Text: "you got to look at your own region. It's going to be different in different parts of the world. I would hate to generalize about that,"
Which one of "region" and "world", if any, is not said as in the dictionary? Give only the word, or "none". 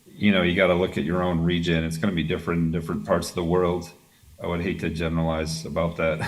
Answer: none